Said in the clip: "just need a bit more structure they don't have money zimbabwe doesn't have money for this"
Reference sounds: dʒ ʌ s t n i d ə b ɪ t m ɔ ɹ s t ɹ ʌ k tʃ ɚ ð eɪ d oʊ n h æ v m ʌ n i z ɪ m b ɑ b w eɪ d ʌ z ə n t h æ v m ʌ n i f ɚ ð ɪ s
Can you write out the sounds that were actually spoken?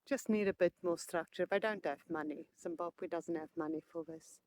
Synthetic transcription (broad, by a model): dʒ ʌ s t n i d ə b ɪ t m ɔ s t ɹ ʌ k tʃ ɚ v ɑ d oʊ n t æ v m ʌ n i s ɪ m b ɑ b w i d ʌ z ə n t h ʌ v m ʌ n i f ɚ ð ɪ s